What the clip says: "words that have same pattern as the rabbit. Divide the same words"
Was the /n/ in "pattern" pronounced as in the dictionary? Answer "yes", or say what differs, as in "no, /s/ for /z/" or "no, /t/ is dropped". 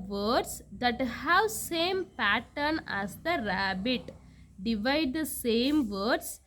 yes